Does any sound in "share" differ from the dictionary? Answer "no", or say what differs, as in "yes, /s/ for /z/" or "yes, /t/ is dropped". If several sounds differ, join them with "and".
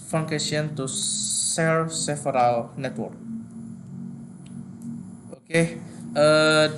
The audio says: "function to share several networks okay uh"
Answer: yes, /s/ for /ʃ/